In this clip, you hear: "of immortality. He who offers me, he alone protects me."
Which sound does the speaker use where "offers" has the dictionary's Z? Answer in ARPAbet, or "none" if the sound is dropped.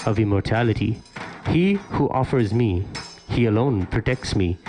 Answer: Z